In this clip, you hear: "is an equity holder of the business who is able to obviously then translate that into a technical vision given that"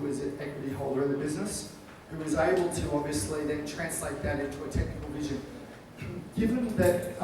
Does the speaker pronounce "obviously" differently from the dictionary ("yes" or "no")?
yes